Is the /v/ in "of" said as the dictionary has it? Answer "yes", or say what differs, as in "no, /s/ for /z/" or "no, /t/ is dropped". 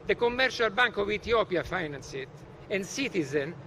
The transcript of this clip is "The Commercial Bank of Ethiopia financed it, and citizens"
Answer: yes